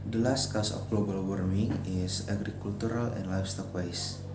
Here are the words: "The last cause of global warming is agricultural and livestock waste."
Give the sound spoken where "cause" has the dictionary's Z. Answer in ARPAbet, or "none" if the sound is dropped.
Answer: S